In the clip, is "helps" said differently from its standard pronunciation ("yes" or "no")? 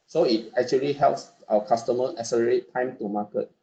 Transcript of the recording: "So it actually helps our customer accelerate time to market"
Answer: no